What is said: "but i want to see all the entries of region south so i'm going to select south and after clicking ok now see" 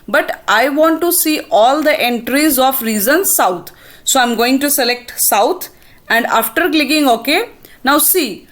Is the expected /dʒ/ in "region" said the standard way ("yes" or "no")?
no